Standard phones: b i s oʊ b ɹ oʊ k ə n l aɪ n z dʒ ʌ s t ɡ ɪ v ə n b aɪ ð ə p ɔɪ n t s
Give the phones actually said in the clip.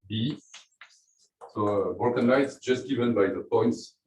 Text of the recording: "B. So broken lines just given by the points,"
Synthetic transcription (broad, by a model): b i s oʊ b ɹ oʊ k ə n aɪ z dʒ ʌ s t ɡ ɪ v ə n b aɪ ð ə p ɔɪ n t s